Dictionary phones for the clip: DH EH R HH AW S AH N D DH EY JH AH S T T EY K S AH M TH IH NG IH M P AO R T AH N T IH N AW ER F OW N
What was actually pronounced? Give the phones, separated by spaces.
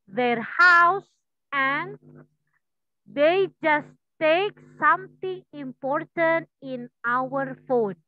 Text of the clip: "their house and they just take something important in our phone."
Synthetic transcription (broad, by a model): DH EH R HH AW S AH N D EY JH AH S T T EY K S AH M T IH NG IH M P AO R T AH N T IH N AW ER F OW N